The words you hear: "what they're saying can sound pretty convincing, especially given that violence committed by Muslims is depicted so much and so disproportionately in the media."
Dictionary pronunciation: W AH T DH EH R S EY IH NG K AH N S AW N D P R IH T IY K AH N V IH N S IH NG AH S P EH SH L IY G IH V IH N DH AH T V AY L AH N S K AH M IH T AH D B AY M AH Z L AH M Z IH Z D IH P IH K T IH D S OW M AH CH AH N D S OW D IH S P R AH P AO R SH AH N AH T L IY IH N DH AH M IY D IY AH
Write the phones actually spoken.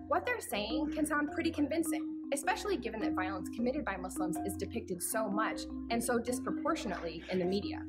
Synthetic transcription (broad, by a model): W AH T DH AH R S EY IH NG K AH N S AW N P R IH T IY K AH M V IH N S IH NG AH S P EH SH L IY G IH V IH N DH AH T V AY L AH N S K AH M IH T AH D B AY M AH S L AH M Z IH Z D IH P IH K T IH D S OW M AH CH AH N S OW D IH S P R AH P AO R SH AH N AH T L IY IH N DH AH M IY D IY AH